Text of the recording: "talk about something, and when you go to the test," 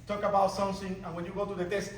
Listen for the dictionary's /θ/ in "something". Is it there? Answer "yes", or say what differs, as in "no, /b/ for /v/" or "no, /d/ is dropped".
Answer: no, /s/ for /θ/